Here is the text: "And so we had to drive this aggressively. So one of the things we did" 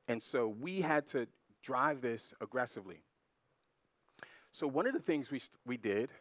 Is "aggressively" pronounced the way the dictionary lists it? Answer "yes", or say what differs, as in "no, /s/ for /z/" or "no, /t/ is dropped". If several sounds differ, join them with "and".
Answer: yes